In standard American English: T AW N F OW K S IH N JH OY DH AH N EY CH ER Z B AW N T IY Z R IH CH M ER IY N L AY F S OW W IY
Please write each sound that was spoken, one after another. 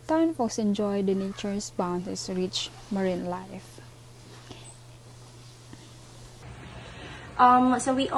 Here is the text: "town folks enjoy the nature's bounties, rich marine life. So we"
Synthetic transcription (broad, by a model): T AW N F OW S IH N JH OY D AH N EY CH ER S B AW N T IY S R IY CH M ER IY N L AY F S OW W IY